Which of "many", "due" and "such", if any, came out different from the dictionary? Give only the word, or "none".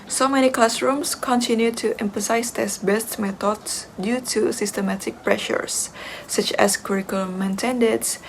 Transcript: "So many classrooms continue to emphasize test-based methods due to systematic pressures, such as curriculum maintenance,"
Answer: none